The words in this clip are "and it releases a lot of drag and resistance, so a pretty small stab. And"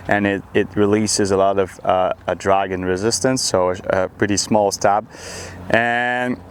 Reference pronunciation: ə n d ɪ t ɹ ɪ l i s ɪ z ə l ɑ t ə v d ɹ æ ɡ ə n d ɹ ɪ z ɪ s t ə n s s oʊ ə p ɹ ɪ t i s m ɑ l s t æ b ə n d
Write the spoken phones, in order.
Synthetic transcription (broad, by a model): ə n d ɪ t ɹ ɪ l i s ɪ z ə l ɑ t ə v d ɹ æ ɡ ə n ɹ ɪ z ɪ s t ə n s s oʊ ə p ɹ ɪ t i s m ɑ l s t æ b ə n